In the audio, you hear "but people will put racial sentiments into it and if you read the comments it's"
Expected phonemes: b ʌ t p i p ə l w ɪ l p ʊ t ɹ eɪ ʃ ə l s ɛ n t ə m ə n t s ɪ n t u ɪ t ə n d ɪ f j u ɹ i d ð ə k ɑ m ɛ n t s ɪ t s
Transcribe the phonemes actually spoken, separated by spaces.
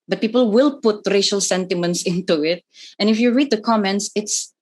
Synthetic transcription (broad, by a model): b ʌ t p i p ə l w ɪ l p ʊ t ɹ eɪ ʃ ə l s ɛ n t ə m ə n t s ɪ n t u ɪ t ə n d ɪ f j u ɹ i d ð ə k ɑ m ɛ n t s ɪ t s